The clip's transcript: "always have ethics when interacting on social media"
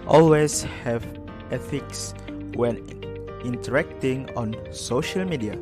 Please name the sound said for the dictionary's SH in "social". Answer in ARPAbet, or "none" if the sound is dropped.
SH